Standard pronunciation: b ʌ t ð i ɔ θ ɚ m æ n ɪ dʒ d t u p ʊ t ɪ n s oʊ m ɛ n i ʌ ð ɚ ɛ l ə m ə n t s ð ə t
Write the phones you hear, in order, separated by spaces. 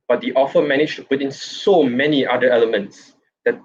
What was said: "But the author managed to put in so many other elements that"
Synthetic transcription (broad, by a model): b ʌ t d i ɔ f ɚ m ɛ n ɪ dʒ t u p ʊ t ɪ n s oʊ m ɛ n i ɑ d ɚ ɛ l ə m ə n t s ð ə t